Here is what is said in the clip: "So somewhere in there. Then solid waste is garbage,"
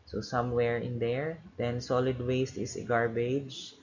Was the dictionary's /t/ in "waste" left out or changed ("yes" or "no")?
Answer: no